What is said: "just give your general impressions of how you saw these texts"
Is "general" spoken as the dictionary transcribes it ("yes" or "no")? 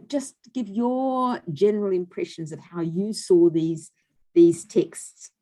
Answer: yes